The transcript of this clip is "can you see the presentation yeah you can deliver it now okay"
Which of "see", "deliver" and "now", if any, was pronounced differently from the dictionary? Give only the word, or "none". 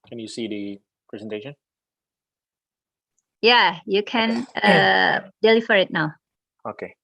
deliver